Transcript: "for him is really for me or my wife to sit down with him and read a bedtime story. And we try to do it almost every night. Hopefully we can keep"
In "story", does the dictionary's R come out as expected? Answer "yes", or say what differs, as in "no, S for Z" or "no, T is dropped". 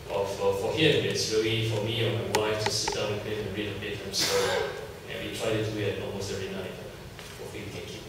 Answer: no, R is dropped